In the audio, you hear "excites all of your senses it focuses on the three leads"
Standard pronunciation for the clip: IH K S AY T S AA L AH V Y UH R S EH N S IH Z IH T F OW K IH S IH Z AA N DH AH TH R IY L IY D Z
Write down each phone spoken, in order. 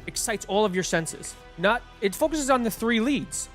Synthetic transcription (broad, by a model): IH K S AY T S AA L AH V Y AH R S EH N S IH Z IH T F OW K IH S IH Z N DH AH TH R IY L IY D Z